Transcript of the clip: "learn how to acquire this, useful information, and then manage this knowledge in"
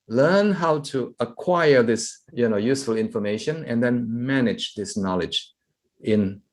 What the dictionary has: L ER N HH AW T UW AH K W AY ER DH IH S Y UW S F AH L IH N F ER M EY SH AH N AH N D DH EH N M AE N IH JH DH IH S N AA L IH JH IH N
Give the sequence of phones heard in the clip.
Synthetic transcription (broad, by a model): L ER N HH AW T UW AH K W AY ER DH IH S Y UW S F AH L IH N F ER M EY SH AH N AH N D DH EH N M AE N IH JH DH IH S N AA L IH JH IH N